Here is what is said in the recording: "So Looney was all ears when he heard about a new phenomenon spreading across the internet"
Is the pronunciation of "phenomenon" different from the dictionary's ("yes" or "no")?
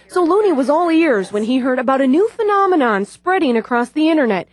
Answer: no